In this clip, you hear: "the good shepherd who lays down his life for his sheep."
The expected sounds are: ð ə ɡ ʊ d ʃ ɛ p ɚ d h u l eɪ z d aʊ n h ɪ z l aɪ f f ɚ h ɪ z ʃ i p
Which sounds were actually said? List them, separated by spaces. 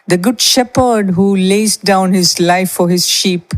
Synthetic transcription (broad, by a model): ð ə ɡ ʊ d ʃ ɛ p ɚ d h u l eɪ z d aʊ n h ɪ z l aɪ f f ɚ h ɪ z ʃ i p